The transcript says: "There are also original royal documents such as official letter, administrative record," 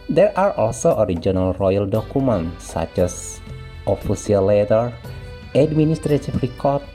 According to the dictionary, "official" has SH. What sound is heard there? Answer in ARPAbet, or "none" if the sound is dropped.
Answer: S